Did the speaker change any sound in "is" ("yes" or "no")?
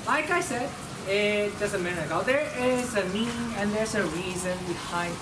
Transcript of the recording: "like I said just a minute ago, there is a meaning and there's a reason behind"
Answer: no